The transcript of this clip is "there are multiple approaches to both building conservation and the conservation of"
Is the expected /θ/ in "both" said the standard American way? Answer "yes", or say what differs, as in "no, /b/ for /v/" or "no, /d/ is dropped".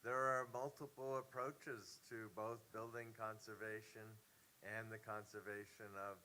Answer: yes